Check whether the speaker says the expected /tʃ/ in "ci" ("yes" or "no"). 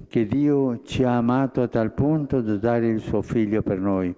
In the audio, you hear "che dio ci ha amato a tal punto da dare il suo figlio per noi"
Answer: yes